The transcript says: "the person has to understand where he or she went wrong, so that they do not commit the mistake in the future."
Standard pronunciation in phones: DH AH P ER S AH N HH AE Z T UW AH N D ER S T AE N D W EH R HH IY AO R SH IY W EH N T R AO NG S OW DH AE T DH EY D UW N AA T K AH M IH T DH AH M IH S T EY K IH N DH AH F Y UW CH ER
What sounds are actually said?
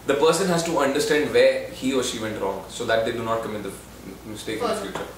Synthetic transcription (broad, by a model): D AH P ER S AH N HH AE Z T UW AH N D ER S T AE N D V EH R HH IY AO R SH IY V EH N T R AO NG S OW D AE T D EY D UW N AA T K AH M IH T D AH M IH S T EY K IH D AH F Y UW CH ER